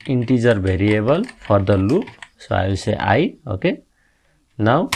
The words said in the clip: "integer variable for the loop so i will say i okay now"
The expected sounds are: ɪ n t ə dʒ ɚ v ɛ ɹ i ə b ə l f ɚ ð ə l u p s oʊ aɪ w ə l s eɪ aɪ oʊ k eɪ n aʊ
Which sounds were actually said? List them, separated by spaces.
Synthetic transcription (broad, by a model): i n t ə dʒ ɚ b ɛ ɹ i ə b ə l p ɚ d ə l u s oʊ aɪ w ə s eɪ aɪ oʊ k eɪ n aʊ